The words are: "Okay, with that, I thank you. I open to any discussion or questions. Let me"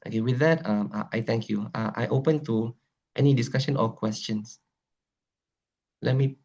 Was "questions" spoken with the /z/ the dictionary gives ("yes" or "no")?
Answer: no